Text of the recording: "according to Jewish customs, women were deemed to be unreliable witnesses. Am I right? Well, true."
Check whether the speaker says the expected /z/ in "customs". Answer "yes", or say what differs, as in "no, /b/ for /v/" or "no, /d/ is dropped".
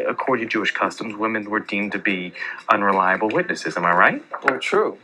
yes